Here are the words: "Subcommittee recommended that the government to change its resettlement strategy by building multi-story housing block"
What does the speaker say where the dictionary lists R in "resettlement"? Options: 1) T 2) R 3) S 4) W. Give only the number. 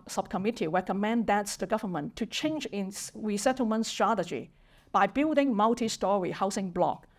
2